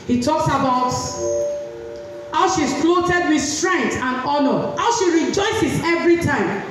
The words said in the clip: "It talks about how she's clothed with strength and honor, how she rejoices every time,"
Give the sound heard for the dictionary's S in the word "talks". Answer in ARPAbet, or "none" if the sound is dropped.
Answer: S